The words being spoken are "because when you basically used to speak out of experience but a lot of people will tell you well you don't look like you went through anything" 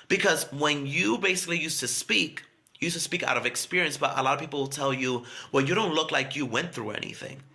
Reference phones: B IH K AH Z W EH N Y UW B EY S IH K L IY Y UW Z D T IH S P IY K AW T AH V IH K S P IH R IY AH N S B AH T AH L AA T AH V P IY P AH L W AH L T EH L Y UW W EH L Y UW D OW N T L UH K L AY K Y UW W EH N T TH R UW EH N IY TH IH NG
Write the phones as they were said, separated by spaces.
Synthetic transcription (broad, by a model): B IH K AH Z W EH N Y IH B EY S IH K L IY Y UW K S T IH S P IY K AW T AH V IH K S P IH R IY AH N S B AH T AH L AA T AH V P IY P L W AH L T EH L Y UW W EH L Y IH D OW N T L UH K L AY K Y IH W EH N TH R UW EH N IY TH IH NG